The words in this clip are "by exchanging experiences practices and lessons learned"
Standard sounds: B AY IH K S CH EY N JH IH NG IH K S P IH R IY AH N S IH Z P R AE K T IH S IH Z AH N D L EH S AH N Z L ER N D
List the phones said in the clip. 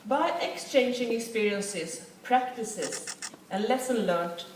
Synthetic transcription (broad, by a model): B AY IH K S CH EY N JH IH NG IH K S P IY R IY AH N S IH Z P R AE K T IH S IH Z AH N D L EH S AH N L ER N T